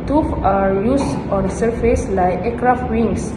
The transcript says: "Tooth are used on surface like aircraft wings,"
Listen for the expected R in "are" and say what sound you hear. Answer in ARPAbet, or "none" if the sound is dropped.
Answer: R